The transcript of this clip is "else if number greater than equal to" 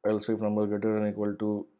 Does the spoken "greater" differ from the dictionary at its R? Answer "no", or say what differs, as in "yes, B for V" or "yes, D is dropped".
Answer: yes, R is dropped